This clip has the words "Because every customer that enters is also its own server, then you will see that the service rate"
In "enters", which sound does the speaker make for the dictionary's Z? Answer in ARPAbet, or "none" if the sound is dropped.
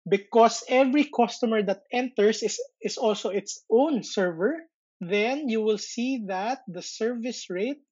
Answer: S